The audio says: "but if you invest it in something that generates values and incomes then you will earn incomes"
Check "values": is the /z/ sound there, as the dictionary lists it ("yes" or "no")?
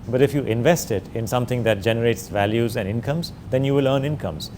yes